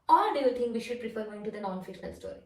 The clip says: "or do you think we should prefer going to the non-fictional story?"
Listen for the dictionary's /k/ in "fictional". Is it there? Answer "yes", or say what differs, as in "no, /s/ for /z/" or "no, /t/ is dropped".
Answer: no, /k/ is dropped